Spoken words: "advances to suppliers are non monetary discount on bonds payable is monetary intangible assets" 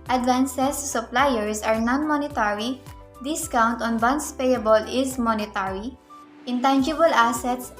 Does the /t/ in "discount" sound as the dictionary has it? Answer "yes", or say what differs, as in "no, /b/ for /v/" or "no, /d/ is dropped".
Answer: yes